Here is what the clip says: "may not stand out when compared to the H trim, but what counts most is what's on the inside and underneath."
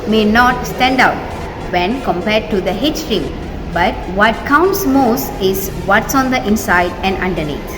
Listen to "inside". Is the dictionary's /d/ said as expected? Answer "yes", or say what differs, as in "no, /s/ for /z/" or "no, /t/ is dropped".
yes